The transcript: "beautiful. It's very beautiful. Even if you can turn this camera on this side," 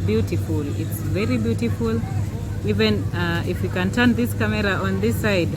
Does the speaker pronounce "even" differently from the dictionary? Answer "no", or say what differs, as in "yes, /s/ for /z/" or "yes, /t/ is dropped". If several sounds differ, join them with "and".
no